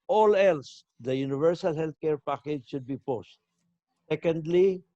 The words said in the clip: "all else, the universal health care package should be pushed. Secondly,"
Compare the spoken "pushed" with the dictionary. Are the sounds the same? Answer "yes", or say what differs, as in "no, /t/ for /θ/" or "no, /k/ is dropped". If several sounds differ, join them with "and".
no, /s/ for /ʃ/